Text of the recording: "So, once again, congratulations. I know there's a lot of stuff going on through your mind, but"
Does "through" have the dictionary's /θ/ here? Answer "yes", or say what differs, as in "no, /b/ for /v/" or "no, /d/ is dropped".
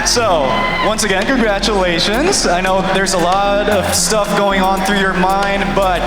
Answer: yes